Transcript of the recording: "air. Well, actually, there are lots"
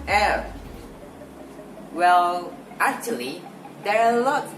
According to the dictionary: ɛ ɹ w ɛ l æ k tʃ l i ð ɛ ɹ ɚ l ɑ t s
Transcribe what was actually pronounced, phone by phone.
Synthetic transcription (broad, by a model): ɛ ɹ w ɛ l æ k tʃ l i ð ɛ ɹ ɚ l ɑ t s